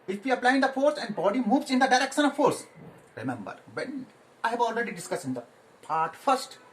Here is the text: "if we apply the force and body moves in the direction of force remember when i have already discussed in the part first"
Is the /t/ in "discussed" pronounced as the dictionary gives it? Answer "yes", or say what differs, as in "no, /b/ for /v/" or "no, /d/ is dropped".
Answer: no, /t/ is dropped